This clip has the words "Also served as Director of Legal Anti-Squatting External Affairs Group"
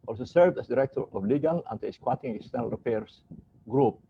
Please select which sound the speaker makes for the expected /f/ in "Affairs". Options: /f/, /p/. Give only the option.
/p/